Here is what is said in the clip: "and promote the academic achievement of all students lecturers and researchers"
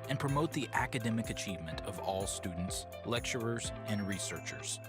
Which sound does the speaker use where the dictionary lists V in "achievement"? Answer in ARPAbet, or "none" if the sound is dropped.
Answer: V